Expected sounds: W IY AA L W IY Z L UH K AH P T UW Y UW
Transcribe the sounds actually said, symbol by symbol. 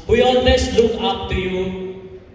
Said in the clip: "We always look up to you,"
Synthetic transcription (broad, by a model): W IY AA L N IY S L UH K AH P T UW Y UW